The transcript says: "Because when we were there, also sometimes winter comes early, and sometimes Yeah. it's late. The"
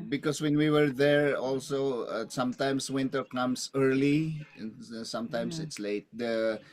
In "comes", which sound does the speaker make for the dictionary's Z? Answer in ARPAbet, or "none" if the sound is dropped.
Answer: S